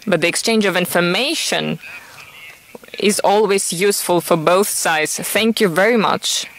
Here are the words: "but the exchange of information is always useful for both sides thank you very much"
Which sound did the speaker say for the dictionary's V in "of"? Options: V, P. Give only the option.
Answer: V